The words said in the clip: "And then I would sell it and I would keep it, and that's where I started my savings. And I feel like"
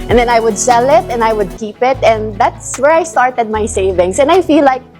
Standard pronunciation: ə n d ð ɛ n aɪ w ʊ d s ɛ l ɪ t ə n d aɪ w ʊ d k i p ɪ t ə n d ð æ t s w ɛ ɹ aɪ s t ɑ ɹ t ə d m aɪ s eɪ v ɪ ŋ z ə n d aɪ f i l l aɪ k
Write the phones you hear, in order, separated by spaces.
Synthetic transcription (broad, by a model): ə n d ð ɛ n aɪ w ʊ d s ɛ l ɪ t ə n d aɪ w ʊ d k i p ɪ t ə n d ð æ t s w ɛ ɹ aɪ s t ɑ ɹ t ə d m aɪ s eɪ v ɪ ŋ s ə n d aɪ f i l l aɪ k